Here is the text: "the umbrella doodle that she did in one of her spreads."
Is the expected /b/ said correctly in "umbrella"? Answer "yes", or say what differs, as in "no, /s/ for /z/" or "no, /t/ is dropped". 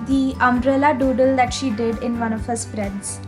no, /b/ is dropped